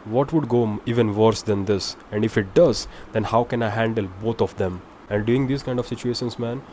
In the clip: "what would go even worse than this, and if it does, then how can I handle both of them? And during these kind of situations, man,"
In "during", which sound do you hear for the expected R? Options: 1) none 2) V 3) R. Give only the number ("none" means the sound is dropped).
1